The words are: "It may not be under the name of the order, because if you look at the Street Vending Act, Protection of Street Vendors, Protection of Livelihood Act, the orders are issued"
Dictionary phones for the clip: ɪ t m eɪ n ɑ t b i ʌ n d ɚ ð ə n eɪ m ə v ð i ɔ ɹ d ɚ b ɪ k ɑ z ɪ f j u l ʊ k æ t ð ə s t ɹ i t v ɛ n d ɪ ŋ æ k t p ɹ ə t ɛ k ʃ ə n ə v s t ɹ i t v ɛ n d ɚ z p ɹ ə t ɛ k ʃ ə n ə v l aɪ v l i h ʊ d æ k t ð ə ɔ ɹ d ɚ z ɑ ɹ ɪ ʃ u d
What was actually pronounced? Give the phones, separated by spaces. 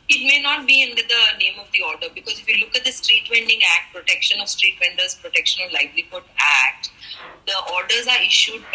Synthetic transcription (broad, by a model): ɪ t m eɪ n ɑ t b i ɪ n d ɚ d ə n eɪ m ə v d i ɔ ɹ d ɚ b ɪ k ɑ z ɪ f j u l ʊ k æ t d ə s t ɹ i t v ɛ n d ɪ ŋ æ k t p ɹ ə t ɛ k ʃ ə n ə v s t ɹ i t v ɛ n d ɚ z p ɹ ə t ɛ k ʃ ə n ə v l aɪ b l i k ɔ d æ k t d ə ɔ ɹ d ɚ z ɑ ɹ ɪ ʃ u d